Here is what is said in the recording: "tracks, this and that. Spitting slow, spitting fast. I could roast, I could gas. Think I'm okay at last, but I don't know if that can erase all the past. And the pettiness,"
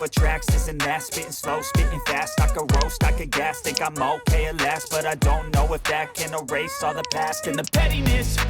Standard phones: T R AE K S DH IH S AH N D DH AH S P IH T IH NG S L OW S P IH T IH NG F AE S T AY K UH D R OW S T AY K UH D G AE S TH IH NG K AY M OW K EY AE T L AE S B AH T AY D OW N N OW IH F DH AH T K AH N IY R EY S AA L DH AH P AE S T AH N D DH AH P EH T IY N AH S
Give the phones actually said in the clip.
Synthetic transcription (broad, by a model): T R AE K S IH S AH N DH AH S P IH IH S L OW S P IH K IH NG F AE S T AY K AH R OW S T AY K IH G AE S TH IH K AY M OW K EY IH L AE S B AH T AY D OW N N OW IH F DH AH T K AH N IY R EY S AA DH AH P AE S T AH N DH AH P EH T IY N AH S